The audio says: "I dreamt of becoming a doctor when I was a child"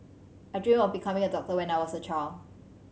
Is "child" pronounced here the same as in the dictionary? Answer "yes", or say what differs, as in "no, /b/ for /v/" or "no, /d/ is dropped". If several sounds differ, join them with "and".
no, /d/ is dropped